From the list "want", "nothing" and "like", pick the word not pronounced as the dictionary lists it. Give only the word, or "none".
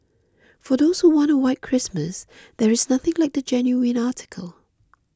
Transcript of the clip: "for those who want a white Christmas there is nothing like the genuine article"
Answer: none